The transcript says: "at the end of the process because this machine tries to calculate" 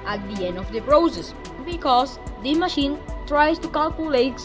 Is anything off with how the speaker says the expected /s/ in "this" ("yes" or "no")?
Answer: yes